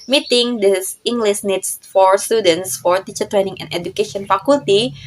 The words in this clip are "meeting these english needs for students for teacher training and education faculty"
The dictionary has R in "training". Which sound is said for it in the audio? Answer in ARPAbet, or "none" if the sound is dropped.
R